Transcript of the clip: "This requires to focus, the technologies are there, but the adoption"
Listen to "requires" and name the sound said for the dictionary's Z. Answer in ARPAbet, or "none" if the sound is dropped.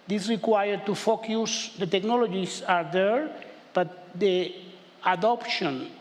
none